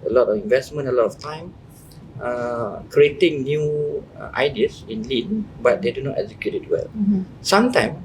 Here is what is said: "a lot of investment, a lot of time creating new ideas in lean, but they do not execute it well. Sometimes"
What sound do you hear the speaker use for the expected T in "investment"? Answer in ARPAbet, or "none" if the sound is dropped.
none